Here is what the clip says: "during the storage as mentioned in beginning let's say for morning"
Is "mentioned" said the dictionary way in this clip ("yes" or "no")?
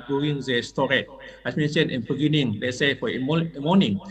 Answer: no